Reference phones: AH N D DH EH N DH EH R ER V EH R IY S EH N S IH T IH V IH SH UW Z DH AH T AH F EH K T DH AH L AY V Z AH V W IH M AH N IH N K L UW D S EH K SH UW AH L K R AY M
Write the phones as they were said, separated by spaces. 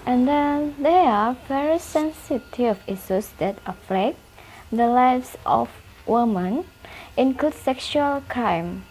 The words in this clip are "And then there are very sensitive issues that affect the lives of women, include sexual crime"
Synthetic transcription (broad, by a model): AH N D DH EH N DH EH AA V EH R IY S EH N S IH T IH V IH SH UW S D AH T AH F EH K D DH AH L AY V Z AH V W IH M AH N IH N K L UW D S EH K SH UW AH L K R AY M